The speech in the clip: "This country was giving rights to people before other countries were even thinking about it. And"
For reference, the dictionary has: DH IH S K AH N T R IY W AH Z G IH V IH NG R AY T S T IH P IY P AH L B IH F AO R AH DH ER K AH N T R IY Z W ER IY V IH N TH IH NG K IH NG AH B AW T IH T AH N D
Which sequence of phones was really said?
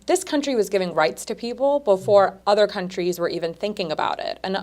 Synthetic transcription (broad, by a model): DH IH S K AH N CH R IY W AH Z G IH V IH NG R AY T S T IH P IY P L B IH F AO R AH DH ER K AH N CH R IY Z W ER IY V IH N TH IH NG K IH NG AH B AW T IH T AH N